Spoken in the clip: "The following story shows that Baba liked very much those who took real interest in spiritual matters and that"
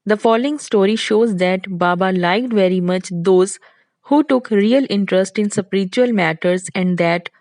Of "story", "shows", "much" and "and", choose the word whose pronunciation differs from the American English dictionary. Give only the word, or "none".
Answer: none